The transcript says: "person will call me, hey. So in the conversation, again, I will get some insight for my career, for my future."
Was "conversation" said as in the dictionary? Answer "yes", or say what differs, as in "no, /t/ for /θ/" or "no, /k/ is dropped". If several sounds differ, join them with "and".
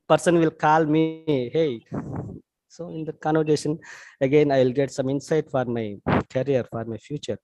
no, /v/ is dropped